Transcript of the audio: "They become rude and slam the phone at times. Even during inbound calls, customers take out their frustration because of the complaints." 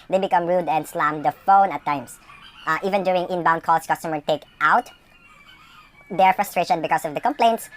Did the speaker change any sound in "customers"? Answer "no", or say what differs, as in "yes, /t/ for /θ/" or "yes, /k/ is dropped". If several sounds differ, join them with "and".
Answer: yes, /z/ is dropped